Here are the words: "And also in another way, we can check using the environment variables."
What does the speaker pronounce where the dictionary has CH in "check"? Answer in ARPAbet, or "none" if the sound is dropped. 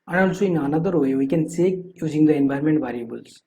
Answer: S